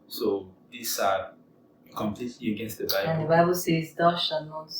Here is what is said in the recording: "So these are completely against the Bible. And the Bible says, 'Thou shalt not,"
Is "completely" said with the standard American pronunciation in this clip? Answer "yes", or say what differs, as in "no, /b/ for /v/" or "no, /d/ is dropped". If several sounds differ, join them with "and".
yes